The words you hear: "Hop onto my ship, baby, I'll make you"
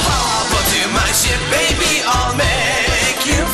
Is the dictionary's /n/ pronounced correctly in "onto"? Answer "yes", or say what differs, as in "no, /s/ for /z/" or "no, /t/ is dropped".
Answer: no, /n/ is dropped